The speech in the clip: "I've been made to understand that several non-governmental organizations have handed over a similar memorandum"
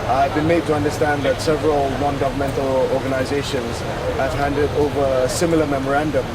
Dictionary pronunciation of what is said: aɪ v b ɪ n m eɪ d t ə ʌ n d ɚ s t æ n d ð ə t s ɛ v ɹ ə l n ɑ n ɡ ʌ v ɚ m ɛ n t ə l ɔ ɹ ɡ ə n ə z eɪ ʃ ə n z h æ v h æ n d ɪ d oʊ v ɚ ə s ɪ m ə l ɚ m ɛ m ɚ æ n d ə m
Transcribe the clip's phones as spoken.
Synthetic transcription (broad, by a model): aɪ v b ɪ n m eɪ d t ə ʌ n d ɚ s t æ n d ð ə t s ɛ v ɹ ə l n ɑ n ɡ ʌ v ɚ m ɛ n t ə l ɔ ɹ ɡ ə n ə z eɪ ʃ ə n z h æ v h æ n d ɪ d oʊ v ɚ ə s ɪ m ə l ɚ m ɛ m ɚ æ n d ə m